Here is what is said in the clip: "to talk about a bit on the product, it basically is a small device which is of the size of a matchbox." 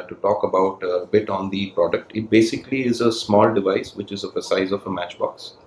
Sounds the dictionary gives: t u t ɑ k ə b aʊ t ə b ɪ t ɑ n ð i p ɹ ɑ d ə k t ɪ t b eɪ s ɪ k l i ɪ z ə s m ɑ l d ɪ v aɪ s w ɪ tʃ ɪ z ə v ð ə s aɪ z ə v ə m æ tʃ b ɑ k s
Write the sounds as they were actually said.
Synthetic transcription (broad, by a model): t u t ɑ k ə b aʊ t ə b ɪ t ɑ n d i p ɹ ɑ d ə k t ɪ t b eɪ s ɪ k l i ɪ z ə s m ɑ l d ɪ v aɪ s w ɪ tʃ ɪ z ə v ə s aɪ z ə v ə m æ tʃ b ɑ k s